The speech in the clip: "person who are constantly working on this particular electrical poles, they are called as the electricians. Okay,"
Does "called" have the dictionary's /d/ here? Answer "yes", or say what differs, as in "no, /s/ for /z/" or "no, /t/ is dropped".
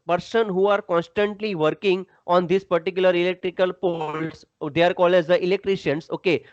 no, /d/ is dropped